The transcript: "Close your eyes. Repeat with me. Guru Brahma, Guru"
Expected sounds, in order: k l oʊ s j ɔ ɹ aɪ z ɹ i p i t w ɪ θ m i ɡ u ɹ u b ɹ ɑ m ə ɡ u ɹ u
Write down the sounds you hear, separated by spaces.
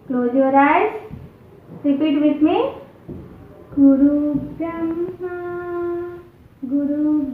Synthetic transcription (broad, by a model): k l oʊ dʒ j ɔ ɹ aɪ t ɹ i p i t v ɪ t m i ɡ u ɹ u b ɑ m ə ɡ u ɹ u